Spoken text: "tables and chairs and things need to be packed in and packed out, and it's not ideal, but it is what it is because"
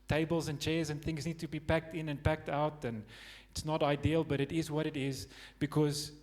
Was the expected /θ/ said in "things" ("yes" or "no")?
yes